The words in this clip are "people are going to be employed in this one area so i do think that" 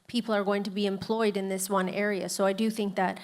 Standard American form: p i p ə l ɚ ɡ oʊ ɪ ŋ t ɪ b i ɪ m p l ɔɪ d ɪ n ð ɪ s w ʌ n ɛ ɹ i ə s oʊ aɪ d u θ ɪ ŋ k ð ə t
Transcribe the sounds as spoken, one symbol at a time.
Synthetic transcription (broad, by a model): p i p l ɚ ɡ oʊ ɪ ŋ t ɪ b i ɪ m p l ɔɪ d ɪ n ð ɪ s w ʌ n ɛ ɹ i ə s oʊ aɪ d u θ ɪ ŋ k ð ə t